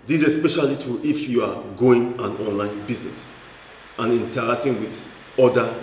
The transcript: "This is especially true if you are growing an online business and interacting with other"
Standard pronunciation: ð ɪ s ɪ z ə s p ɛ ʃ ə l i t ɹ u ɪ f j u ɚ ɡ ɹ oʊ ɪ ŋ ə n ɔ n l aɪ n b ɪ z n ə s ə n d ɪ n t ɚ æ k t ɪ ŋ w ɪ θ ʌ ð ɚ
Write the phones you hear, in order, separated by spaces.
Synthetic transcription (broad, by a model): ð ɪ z ə s p ɛ ʃ ə l i t u ɪ f j u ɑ ɡ oʊ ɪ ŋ ə n ɔ n l aɪ n b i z n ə s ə n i n t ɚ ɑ k t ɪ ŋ w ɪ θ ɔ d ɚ